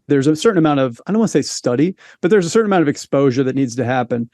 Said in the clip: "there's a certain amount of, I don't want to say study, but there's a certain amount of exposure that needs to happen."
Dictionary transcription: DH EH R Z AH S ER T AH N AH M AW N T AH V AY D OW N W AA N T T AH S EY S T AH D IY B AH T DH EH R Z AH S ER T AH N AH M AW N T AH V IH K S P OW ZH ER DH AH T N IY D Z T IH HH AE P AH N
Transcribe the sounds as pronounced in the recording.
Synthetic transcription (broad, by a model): DH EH R Z AH S ER T N AH M AW N T AH V AY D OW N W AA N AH S EY S T AH D IY B AH T DH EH R Z AH S ER T N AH M AW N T AH V IH K S P OW ZH ER DH AH T N IY D Z T IH HH AE P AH N